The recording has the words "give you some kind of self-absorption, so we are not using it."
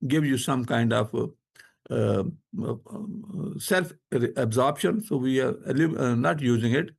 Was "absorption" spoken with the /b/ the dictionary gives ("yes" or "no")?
yes